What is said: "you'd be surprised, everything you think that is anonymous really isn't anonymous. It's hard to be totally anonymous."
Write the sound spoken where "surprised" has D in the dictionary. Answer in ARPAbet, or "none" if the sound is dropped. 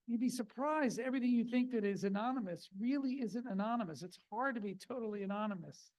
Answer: D